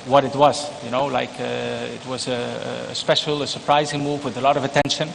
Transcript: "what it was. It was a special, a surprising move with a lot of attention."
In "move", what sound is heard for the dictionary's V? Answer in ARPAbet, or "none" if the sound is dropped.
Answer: V